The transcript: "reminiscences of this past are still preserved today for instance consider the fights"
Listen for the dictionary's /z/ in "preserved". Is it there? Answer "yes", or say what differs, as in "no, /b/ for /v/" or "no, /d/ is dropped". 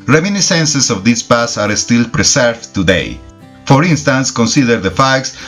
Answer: no, /s/ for /z/